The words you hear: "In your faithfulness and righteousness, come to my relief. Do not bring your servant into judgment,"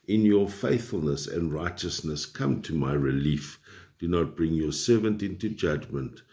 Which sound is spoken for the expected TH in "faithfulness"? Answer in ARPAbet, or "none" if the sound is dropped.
TH